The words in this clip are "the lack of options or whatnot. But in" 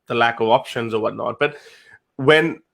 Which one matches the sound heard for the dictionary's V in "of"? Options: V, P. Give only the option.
V